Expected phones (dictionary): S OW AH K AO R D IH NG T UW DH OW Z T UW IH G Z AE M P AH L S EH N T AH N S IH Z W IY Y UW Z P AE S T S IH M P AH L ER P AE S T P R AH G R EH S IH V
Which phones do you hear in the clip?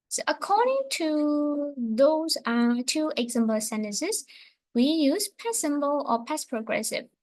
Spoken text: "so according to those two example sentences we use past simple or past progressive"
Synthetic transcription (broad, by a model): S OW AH K AO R D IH NG T UW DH OW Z T UW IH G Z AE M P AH S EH N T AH N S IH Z W IY Y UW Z P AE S S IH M B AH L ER P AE S P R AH G R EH S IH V